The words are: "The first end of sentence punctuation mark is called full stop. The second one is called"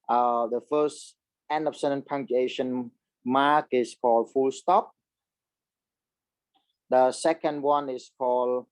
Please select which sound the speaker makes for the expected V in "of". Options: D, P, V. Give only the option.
P